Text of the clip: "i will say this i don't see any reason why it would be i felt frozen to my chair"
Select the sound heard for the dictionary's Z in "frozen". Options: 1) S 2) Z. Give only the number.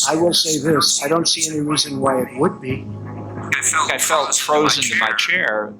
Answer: 2